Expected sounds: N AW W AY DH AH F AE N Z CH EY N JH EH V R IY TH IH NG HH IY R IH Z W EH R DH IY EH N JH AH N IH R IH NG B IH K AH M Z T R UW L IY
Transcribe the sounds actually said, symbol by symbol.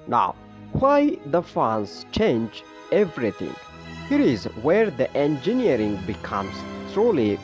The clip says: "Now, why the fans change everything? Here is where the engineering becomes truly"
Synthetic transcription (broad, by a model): N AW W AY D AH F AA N S CH EY N JH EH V R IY T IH NG HH IY R IH Z W EH R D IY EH N JH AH N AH R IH NG B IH K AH M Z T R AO L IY